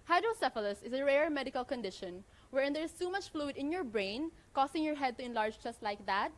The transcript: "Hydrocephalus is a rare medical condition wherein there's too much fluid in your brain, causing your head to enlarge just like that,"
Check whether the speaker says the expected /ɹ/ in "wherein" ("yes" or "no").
yes